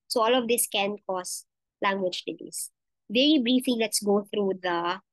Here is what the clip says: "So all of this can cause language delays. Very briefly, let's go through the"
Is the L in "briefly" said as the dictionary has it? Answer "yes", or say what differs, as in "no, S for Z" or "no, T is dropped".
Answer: no, L is dropped